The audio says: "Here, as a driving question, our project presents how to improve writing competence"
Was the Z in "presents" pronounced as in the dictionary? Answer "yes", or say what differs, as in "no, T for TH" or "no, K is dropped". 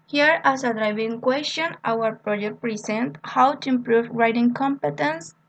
no, S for Z